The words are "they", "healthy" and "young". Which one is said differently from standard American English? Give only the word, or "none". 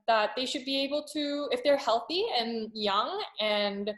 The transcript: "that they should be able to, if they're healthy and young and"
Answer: none